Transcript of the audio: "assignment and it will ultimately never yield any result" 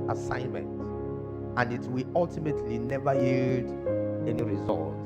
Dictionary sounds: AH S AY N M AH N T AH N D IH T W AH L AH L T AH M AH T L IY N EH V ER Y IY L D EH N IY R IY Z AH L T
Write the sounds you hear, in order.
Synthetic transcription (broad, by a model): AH S AY N M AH N T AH N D IH T W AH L AH L T AH M AH T L IY N EH V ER Y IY D EH N IY R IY Z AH L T